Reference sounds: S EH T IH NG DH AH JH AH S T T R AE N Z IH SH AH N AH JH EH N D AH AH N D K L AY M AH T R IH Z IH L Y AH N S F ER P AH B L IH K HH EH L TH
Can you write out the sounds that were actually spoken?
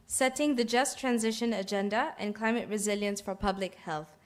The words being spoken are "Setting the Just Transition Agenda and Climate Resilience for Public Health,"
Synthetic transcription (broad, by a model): S EH T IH NG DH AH JH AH S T T R AE N Z IH SH AH N AH JH EH N D AH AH N K L AY M AH T R IH Z IH L Y AH N S F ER P AH B L IH K HH EH L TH